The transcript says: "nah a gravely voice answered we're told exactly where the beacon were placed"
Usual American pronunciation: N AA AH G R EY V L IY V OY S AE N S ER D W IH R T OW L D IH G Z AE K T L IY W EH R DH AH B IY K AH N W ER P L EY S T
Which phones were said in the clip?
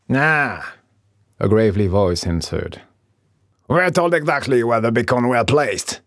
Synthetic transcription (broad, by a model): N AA AH G R EY V L IY V OY S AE N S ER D W IH R T OW L D IH G Z AE K T L IY W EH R DH AH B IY K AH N W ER P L EY S T